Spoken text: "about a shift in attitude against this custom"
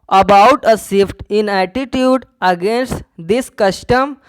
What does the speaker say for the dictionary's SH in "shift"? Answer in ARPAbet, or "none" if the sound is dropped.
S